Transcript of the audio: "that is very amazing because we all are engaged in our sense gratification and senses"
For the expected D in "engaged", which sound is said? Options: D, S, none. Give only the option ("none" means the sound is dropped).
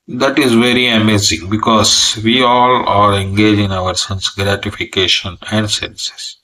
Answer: none